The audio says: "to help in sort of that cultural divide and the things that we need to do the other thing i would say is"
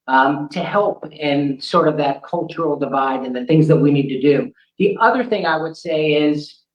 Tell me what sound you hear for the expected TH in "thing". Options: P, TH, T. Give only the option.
TH